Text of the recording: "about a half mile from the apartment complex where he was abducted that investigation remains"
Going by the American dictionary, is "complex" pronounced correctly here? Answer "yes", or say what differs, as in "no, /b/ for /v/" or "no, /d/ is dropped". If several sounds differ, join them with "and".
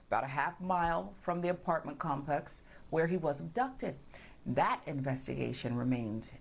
no, /l/ is dropped